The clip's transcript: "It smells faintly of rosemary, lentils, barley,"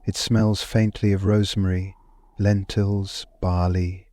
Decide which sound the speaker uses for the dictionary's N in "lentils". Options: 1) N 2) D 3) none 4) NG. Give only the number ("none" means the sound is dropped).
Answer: 1